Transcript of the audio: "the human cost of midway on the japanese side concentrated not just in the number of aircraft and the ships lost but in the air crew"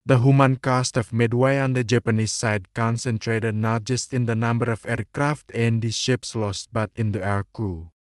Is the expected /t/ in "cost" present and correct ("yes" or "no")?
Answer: yes